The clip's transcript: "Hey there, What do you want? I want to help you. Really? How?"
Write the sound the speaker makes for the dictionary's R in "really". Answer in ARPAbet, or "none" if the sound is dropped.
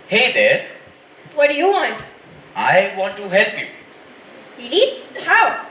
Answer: L